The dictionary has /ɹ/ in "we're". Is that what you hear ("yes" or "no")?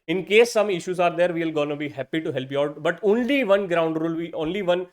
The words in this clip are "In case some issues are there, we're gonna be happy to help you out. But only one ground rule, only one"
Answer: no